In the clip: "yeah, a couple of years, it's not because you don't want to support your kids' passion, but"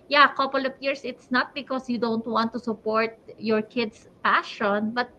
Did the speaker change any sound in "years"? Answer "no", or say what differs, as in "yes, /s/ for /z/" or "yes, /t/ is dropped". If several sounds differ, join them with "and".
yes, /s/ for /z/